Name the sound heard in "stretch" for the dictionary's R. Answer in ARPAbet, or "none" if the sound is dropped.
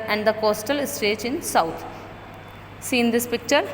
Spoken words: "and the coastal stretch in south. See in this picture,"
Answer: none